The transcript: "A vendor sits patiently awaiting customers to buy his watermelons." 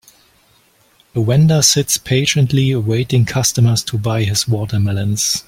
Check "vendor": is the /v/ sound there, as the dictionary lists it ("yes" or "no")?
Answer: no